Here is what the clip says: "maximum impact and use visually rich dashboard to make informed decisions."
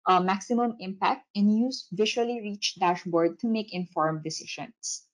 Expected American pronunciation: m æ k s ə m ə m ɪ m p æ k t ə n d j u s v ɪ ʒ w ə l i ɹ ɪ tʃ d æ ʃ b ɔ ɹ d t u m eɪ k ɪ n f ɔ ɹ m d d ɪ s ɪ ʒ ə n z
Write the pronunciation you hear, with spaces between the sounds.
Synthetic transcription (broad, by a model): m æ k s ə m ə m ɪ m p æ k t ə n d j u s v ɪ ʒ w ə l i ɹ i tʃ d æ ʃ b ɔ ɹ d t u m eɪ k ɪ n f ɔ ɹ m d d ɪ s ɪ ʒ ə n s